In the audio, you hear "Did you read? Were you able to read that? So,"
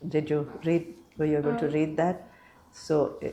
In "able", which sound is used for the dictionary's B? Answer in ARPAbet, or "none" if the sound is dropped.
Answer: none